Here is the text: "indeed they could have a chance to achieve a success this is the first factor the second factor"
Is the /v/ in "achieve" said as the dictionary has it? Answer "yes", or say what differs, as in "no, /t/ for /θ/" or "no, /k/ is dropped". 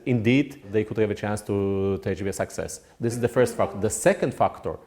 no, /v/ is dropped